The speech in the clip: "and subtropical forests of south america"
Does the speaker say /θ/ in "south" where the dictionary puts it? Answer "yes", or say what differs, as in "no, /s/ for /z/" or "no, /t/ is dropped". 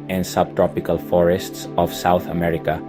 yes